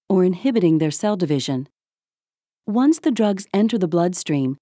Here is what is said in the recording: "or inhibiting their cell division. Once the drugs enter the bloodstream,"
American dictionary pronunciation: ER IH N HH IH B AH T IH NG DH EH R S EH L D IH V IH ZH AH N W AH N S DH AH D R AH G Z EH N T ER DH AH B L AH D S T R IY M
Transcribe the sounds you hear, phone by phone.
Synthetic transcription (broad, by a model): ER IH N HH IH B AH T IH NG DH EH R S EH L D IH V IH ZH AH N W AH N S DH AH D R AH G Z EH N T ER DH AH B L AH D S T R IY M